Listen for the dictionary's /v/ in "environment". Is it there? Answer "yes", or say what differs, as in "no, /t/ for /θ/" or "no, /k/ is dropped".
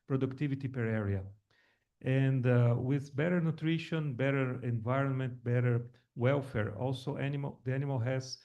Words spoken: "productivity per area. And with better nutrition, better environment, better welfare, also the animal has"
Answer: yes